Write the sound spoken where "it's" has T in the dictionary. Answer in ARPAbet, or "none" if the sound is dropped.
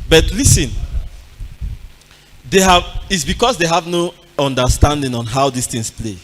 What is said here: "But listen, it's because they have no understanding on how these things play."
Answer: T